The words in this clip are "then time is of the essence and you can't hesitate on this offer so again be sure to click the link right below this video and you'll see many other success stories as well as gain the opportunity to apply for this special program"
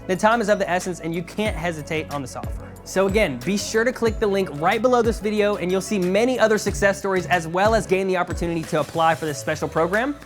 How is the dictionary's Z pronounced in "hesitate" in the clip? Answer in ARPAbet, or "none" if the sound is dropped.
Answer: Z